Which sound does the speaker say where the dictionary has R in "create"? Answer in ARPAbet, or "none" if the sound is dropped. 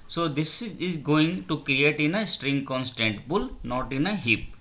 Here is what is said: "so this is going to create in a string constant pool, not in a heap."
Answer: R